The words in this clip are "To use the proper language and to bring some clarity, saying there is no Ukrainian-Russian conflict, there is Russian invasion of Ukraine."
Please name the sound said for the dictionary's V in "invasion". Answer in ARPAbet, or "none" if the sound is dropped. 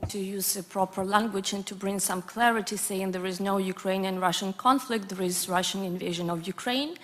V